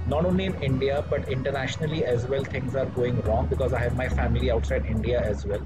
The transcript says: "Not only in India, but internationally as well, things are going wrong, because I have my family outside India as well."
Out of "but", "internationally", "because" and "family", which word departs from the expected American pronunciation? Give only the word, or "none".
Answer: none